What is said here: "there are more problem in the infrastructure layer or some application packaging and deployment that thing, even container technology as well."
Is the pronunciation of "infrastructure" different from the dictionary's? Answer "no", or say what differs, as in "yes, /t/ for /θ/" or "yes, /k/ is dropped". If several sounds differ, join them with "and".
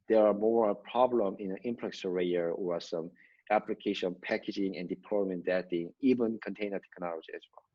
yes, /s/ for /tʃ/